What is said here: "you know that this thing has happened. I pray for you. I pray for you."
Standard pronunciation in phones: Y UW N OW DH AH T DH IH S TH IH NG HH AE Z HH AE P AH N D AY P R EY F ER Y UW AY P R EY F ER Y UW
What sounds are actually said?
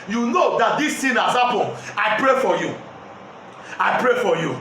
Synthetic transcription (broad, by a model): Y UW N OW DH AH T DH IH S T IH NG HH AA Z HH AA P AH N AY P R EY F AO Y UW AY P R EY F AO Y UW